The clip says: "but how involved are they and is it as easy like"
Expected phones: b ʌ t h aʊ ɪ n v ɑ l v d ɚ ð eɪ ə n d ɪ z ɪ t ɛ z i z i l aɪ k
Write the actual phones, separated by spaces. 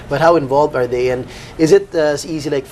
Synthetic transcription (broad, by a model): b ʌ t h aʊ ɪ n v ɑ l v d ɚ ð eɪ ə n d ɪ z ɪ t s i z i l aɪ k